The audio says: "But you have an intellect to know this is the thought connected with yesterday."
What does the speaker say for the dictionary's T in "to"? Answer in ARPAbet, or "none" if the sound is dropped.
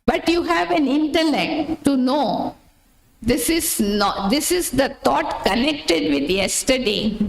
S